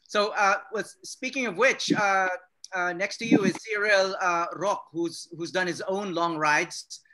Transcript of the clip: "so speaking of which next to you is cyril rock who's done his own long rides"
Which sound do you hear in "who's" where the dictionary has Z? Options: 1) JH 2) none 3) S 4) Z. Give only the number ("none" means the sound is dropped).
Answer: 4